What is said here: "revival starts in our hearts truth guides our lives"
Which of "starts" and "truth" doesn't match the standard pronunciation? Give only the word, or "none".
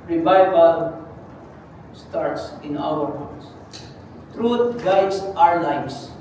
truth